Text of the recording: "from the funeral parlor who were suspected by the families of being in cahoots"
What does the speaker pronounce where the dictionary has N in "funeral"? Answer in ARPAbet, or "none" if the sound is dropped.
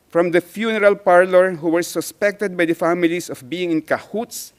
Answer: N